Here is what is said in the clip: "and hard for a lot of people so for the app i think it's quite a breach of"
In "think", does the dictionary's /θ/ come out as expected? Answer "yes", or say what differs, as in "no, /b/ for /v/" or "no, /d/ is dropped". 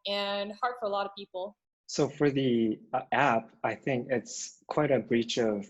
yes